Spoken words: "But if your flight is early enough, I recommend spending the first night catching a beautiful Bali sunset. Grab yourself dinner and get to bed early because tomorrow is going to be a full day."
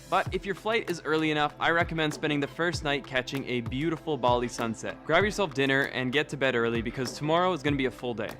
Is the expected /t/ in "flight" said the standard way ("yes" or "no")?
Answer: yes